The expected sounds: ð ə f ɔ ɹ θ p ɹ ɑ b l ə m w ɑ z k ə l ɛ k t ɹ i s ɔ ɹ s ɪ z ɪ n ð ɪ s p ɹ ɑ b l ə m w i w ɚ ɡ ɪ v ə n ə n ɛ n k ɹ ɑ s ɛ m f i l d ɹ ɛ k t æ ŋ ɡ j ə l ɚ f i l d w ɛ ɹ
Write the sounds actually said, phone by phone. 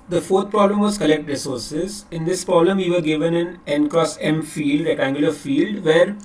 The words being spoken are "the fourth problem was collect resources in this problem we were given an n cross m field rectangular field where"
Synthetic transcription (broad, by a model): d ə f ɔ ɹ t p ɹ ɑ b l ə m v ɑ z k ə l ɛ k t ɹ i s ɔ ɹ s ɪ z ɪ n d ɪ s p ɹ ɑ b l ə m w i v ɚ ɡ ɪ v ə n ə n ɛ n k ɹ ɑ s ɛ m f i l d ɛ t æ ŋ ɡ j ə l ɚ f i l d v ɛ ɹ